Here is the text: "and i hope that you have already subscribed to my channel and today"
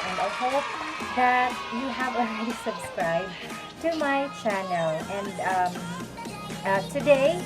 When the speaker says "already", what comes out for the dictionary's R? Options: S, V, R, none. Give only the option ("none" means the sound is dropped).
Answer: none